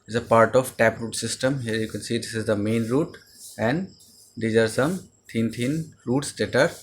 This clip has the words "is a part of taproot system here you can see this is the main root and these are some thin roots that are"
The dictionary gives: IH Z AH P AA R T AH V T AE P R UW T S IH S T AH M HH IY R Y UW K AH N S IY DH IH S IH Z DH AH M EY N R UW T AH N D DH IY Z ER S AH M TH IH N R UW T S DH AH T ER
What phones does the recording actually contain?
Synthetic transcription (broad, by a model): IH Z AH P AA R T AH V T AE P R UW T S IH S T AH M HH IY R Y UW K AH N S IY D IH S IH Z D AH M EY N R UW T AH N D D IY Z ER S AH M T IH N R UW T S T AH T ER